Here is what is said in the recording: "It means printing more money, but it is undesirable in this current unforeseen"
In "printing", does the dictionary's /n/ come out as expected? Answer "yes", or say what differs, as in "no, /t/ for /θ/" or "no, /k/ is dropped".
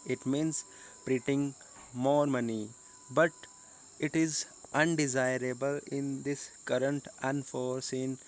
no, /n/ is dropped